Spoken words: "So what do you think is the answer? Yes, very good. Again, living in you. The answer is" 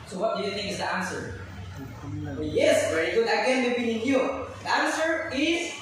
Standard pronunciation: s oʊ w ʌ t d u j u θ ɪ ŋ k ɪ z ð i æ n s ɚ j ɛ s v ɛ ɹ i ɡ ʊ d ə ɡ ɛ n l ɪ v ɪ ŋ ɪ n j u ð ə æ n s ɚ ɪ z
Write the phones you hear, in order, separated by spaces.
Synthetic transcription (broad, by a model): s oʊ w ʌ t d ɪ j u θ ɪ ŋ k ɪ z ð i æ n s ɚ j ɛ s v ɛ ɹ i ɡ ʊ d ə ɡ ɛ n w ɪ b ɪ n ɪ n j u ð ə æ n s ɚ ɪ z